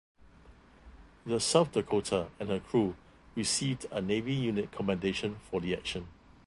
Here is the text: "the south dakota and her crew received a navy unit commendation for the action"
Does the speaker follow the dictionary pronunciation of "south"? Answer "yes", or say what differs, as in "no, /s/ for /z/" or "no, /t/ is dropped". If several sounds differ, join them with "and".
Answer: no, /f/ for /θ/